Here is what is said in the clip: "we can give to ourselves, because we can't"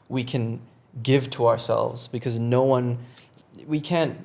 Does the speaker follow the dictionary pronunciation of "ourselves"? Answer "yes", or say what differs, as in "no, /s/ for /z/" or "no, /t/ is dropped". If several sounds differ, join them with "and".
yes